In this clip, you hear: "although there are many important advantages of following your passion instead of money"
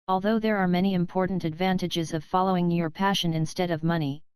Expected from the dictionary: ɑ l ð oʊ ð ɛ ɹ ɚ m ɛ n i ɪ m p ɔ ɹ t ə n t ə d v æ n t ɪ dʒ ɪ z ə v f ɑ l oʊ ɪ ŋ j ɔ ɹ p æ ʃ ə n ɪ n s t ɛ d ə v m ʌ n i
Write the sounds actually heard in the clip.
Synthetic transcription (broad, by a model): ɑ l ð oʊ ð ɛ ɹ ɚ m ɛ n i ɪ m p ɔ ɹ t n t ə d v æ n t ɪ dʒ ɪ z ə v f ɑ l oʊ ɪ ŋ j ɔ ɹ p æ ʃ ə n ɪ n s t ɛ d ə v m ʌ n i